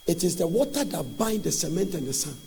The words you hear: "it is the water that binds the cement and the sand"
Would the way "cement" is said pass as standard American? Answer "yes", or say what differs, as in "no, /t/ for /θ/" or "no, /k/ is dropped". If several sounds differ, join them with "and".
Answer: yes